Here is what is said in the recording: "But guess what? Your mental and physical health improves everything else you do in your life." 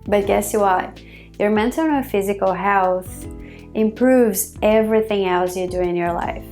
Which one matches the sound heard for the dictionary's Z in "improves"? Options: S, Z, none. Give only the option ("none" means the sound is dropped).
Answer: Z